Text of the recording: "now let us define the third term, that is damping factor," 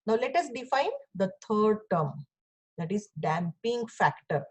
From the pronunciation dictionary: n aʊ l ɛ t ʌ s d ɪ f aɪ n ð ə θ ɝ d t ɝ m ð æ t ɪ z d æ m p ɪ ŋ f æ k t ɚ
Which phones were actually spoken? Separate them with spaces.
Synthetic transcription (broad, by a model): n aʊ l ɛ t ʌ s d ɪ f aɪ n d ə t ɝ d t ɝ m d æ t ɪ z d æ m p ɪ ŋ f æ k t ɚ